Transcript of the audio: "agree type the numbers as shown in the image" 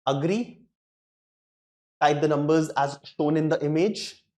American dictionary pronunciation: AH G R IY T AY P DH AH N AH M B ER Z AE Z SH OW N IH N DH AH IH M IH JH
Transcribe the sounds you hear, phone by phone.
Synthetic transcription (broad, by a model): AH G R IY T AY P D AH N AH M B ER Z AE Z SH OW N IH N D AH IH M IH JH